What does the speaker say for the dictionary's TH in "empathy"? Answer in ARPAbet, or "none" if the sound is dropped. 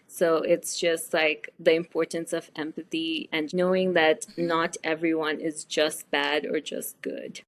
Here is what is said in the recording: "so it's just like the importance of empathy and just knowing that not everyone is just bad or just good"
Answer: TH